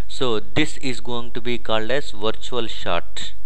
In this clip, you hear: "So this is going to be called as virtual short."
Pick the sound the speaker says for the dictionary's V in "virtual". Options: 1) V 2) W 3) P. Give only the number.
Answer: 1